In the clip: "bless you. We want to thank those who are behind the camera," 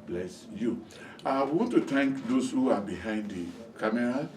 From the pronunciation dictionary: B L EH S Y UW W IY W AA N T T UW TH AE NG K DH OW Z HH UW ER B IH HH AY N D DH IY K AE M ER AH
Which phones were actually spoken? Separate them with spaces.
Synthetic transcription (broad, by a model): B L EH S Y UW W IY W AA N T T UW T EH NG K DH OW S HH UW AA B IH HH AY N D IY K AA M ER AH